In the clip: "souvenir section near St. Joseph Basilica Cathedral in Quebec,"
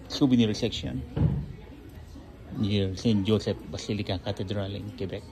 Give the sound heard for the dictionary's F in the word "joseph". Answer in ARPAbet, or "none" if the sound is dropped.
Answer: P